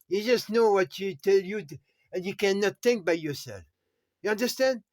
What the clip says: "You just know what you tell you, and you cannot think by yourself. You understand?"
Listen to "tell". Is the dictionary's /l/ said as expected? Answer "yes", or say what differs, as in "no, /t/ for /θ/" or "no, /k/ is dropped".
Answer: yes